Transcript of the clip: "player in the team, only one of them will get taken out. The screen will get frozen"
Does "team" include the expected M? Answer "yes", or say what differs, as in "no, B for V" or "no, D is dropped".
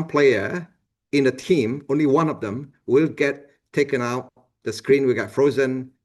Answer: yes